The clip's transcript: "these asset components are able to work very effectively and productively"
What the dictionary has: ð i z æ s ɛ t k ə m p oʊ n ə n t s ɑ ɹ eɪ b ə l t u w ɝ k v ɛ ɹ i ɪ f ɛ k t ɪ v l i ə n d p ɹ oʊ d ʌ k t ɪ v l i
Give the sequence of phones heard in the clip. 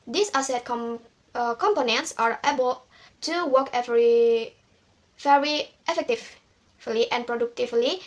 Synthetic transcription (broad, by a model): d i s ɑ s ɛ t k ə m p oʊ n ə n t s ɑ ɹ eɪ b ə l t u w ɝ k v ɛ ɹ i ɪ f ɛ k t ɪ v l i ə n p ɹ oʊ d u k t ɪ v l i